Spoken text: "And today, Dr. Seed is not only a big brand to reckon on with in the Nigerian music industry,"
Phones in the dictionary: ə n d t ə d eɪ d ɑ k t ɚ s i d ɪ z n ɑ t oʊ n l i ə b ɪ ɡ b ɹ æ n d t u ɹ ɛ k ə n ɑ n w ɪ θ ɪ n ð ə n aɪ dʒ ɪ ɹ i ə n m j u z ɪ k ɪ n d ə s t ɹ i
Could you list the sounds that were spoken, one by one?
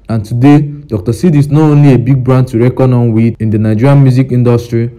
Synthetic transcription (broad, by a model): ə n t ə d eɪ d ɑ k t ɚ s i d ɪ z n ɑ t oʊ n l i ə b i ɡ b ɹ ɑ n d t u ɹ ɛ k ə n ɑ n w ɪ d ɪ n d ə n aɪ dʒ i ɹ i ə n m j u z ɪ k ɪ n d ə s t ɹ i